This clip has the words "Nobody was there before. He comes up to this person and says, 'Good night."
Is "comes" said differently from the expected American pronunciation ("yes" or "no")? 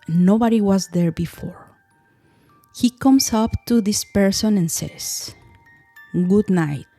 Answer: yes